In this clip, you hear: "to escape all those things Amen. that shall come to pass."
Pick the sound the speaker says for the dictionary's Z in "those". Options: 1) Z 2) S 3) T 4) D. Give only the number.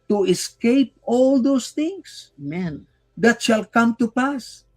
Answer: 2